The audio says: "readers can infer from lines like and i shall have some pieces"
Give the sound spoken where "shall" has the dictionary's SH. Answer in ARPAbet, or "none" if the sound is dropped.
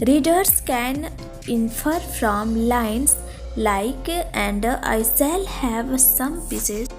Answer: S